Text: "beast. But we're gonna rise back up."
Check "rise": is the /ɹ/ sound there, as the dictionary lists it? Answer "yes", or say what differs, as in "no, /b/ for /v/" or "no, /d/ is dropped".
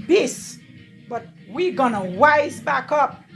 no, /w/ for /ɹ/